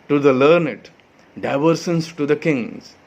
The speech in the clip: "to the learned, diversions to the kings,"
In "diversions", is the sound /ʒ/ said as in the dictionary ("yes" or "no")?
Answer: no